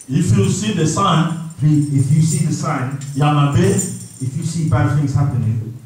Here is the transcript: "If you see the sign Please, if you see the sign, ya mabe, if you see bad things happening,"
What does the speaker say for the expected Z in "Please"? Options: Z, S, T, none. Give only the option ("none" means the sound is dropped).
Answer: none